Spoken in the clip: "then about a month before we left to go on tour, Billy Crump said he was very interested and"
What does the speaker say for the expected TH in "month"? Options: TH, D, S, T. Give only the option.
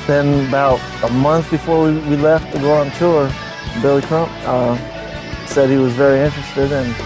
TH